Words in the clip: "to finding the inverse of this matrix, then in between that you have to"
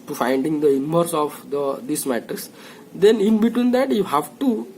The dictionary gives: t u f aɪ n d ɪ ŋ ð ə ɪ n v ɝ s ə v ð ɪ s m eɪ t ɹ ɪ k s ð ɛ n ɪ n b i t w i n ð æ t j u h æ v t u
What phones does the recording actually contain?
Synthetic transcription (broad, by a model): t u f aɪ n d ɪ ŋ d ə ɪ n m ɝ s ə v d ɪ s m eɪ t ɪ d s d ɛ n ɪ n b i t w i n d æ t j u h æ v t u